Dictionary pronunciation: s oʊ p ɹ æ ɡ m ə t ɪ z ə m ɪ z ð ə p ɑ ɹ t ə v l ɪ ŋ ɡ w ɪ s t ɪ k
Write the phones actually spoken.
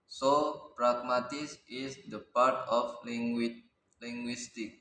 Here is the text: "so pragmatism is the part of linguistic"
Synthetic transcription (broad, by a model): s oʊ p ɹ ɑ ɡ m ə t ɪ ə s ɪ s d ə p ɑ ɹ t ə w l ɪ ŋ ɡ w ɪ s t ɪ k